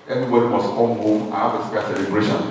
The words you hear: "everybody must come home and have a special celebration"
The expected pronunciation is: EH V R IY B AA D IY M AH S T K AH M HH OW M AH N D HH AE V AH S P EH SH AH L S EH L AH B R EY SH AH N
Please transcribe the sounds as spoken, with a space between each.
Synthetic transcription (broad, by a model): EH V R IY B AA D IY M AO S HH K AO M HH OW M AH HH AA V AH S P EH AH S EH L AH B R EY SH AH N